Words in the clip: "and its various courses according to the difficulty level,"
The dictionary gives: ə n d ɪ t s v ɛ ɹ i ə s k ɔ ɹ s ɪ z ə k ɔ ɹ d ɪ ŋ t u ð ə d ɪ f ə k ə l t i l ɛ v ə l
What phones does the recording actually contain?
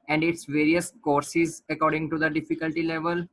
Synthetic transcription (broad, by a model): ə n d ɪ t s v ɛ ɹ i ə s k ɔ ɹ s ɪ z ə k ɔ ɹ d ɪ ŋ t u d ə d ɪ f ə k ə l t i l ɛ v ə l